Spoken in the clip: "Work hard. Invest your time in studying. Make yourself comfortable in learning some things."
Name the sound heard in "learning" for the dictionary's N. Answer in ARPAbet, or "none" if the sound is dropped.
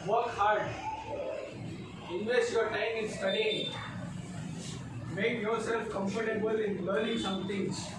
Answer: L